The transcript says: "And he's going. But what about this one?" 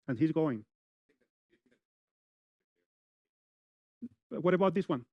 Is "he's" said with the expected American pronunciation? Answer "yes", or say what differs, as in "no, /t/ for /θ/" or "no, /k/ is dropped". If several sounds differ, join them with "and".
yes